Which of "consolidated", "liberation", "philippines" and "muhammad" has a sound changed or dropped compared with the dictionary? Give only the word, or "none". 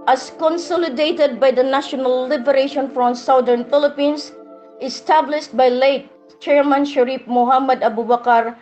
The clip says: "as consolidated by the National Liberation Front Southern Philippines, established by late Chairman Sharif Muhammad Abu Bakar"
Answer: philippines